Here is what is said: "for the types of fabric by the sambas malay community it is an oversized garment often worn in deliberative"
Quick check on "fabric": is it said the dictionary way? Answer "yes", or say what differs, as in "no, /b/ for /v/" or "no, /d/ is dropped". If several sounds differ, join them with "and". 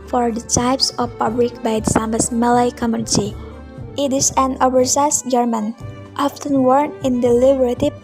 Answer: no, /l/ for /ɹ/